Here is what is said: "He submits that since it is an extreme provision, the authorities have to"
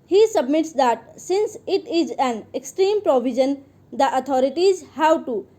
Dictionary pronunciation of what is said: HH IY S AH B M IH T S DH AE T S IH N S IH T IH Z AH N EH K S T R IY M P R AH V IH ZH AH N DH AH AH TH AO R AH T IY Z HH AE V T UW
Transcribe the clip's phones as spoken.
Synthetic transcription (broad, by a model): HH IY S AH B M IH T S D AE T S IH N S IH T IH Z AH N EH K S T R IY M P R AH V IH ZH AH N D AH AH T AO R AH T IY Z HH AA W T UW